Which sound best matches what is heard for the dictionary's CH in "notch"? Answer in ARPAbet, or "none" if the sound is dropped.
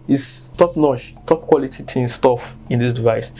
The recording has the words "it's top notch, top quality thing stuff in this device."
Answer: SH